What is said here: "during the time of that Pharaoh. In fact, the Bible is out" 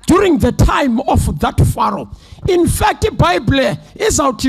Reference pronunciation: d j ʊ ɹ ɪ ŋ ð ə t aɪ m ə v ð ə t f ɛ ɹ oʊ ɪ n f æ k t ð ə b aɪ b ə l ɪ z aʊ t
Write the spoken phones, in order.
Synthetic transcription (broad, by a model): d j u ɹ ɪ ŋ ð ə t aɪ m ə f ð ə t f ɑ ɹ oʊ ɪ n f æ k t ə b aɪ b l ɪ z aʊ t